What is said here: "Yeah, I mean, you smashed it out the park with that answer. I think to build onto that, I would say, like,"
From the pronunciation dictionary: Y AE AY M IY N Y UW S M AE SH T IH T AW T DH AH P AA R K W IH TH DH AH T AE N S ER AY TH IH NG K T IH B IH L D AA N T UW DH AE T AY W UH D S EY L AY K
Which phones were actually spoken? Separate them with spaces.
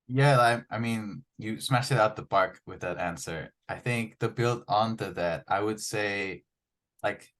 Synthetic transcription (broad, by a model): Y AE AY M IY N Y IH S M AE SH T IH T AW T DH AH B AA R K W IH DH AH T AE N S ER AY TH IH NG K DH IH B IH L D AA N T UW DH AE T AY W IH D S EY L AY K